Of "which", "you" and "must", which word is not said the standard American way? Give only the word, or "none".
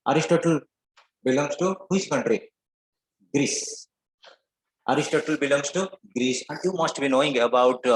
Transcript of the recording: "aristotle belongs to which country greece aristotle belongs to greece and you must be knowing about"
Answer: which